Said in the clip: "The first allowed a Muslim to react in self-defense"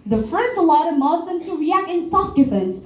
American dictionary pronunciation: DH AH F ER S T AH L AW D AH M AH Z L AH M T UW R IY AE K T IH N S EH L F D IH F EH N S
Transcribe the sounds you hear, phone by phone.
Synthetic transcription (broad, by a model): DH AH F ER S AH L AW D AH M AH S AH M T UW R IY AE K T IH N S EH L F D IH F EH N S